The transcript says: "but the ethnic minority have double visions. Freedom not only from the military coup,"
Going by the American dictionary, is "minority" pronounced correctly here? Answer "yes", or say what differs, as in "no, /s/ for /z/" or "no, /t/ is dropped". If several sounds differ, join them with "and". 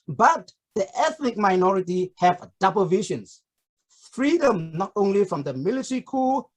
yes